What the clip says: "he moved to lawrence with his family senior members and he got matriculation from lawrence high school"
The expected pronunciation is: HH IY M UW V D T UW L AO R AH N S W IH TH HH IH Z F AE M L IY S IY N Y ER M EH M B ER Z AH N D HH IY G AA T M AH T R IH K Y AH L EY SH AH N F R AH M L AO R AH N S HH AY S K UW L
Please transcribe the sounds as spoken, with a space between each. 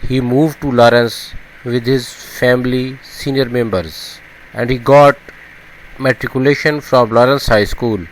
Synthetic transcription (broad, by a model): HH IY M UW V D T UW L AO R AH N S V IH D HH IH Z F AE M L IY S IY N Y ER M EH M B ER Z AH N D HH IY G AA T M AH T R IH K Y AH L EY SH AH N F R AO M L AO R AH N S HH AY S K UW L